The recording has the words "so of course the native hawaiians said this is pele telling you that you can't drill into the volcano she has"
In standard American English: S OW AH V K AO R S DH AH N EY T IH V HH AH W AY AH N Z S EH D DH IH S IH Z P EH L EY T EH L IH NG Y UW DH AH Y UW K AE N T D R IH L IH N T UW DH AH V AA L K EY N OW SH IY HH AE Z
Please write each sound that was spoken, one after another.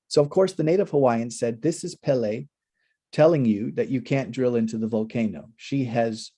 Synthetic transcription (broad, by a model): S OW AH V K AO R S DH AH N EY T IH V HH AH W AY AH N S EH D DH IH S IH Z P EH L EY T EH L IH NG Y UW DH AH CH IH K AE N D R IH L IH N T UW DH AH V AA L K EY N OW SH IY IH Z